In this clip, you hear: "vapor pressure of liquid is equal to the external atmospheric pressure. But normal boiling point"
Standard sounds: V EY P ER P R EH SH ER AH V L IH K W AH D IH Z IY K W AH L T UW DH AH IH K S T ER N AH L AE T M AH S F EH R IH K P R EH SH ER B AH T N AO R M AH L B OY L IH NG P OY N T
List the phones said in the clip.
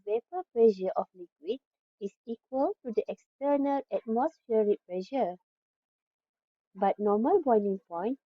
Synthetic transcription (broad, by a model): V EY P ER P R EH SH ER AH F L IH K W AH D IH S IY K W AH L T UW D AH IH K S T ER N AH L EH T M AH S F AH R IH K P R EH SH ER B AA T N AO M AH L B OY N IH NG P OY N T